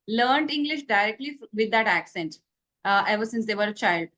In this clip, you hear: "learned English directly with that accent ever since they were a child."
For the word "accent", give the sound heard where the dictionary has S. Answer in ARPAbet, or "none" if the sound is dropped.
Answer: S